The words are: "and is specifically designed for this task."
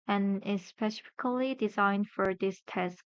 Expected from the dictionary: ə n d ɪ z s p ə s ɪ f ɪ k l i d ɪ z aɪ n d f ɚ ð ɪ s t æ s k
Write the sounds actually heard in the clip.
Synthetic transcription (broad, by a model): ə n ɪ s p ə s ɪ f ɪ k l i d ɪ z aɪ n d f ɚ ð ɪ s t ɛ s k